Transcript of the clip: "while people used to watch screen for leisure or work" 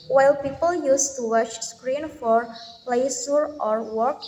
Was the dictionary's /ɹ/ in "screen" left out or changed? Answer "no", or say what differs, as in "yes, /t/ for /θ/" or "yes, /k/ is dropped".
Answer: no